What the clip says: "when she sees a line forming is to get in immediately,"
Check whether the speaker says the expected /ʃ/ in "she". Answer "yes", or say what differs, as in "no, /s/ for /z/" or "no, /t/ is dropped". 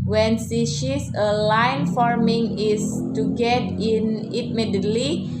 no, /s/ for /ʃ/